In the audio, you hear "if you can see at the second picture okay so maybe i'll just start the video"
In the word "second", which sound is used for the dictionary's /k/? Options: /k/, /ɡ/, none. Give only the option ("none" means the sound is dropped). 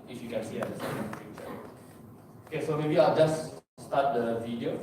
none